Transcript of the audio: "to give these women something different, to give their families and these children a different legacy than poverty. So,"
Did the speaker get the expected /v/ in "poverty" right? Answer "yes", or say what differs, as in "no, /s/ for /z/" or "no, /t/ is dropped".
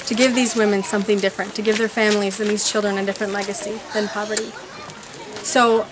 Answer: yes